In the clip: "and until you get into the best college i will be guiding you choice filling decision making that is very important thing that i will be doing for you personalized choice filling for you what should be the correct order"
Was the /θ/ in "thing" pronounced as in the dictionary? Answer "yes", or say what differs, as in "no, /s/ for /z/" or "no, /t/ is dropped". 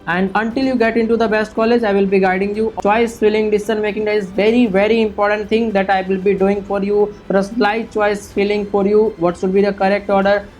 no, /t/ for /θ/